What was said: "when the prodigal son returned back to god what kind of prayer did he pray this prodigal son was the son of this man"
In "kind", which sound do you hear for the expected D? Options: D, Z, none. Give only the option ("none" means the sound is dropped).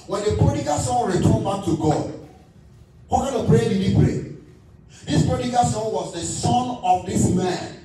none